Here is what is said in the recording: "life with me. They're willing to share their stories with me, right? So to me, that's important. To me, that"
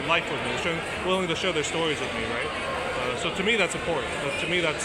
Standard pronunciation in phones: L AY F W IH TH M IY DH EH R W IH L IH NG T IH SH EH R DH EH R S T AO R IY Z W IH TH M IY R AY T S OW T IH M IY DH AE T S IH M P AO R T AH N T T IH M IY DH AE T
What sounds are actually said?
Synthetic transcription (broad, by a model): L AY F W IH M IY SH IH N W IH L IH NG T IH SH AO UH DH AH R S T AO R IY Z W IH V M IY R AY T S OW T IH M IY DH AE T S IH M P AO R T N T T IH M IY DH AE T